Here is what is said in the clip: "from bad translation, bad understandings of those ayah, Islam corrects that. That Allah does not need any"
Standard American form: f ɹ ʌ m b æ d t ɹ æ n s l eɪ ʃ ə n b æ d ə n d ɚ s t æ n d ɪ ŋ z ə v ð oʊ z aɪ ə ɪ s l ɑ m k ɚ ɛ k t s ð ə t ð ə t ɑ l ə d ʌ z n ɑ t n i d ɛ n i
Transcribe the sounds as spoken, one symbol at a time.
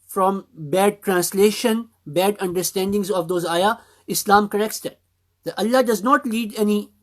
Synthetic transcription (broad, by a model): f ɹ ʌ m b æ d t ɹ æ n s l eɪ ʃ ə n b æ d ə n d ɚ s t æ n d ɪ ŋ z ə v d oʊ z aɪ ə ɪ s l ɑ m k ɚ ɛ k t s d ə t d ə t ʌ l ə d ʌ z n ɑ t l i d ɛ n i